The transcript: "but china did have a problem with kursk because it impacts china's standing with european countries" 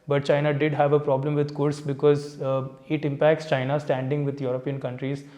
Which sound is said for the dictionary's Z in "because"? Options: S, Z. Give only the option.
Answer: Z